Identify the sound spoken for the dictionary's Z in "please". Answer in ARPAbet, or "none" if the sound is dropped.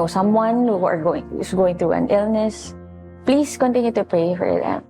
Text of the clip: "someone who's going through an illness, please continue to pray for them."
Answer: S